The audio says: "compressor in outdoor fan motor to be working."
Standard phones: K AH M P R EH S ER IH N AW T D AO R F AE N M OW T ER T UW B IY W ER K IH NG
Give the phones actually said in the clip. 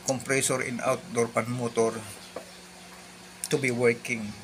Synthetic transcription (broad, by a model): K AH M P R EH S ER IH N AW T D AO R P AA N M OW T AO T UW B IY W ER K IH NG